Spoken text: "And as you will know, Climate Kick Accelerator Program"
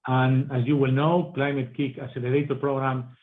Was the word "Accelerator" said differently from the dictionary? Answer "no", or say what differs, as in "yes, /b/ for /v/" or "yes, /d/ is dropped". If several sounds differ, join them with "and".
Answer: yes, /k/ is dropped